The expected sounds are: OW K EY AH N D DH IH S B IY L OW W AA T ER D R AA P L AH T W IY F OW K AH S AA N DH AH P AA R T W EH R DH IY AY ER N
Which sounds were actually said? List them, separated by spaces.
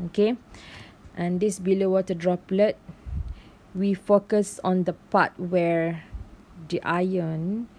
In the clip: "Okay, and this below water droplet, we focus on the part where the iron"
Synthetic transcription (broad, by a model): OW K EY AH N D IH S B IY L OW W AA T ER D R AA P L AH T W IY F OW K AH S AA N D AH P AA T W EH R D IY AY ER N